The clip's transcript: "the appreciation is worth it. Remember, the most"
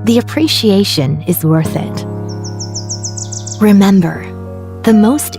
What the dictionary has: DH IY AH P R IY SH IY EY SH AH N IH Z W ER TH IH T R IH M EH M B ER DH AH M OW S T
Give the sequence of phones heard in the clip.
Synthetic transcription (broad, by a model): DH IY AH P R IY SH IY EY SH AH N IH Z W ER TH IH T R IH M EH M B ER DH AH M OW S T